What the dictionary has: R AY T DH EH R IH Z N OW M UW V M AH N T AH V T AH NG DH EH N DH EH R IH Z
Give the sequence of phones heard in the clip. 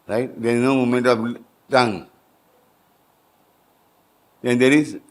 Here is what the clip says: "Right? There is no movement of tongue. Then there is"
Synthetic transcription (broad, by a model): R AY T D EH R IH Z N OW M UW M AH N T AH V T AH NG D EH N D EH R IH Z